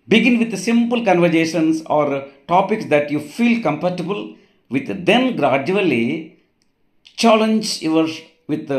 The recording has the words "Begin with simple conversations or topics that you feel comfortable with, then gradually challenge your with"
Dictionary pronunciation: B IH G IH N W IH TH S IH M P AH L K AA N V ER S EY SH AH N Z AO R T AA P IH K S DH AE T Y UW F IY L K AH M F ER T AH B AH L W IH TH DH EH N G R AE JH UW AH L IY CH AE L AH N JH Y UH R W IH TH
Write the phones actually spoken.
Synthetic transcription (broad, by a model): B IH G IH N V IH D S IH M P AH L K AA N V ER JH EY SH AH N S AO R T AA P IH K S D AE T Y UW F IY L K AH M P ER T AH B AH L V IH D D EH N G R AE JH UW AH L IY CH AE L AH N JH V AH R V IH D